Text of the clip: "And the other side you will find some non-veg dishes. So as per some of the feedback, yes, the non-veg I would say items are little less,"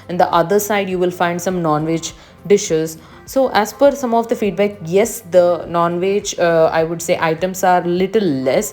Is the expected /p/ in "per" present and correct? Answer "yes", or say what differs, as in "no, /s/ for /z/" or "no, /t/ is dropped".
no, /f/ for /p/